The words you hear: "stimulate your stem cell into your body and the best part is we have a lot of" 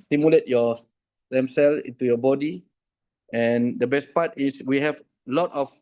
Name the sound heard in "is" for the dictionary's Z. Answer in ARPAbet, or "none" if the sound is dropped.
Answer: S